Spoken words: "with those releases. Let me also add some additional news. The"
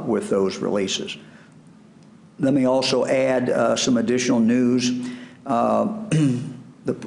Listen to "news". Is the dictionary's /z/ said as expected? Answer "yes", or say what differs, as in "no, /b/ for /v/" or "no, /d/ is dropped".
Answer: yes